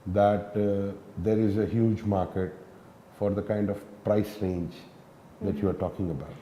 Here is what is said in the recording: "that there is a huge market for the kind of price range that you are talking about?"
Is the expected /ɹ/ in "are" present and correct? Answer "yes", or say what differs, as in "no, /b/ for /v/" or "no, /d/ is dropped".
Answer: yes